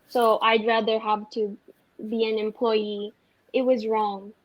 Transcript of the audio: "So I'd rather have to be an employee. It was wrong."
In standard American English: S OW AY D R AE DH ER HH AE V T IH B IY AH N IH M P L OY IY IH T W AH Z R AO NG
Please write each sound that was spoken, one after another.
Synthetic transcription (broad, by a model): S OW AY D R AE DH ER HH AE V T IH B IY AH N IH M P L OY IY IH T W AH Z R AO NG